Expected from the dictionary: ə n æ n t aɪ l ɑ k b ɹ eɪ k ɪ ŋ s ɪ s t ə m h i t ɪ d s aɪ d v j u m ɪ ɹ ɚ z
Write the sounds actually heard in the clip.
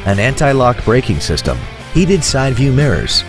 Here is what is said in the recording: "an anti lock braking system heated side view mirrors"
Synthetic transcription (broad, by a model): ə n æ n t aɪ l ɑ k b ɹ eɪ k ɪ ŋ s ɪ s t ə m h i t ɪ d s aɪ d v j u m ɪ ɹ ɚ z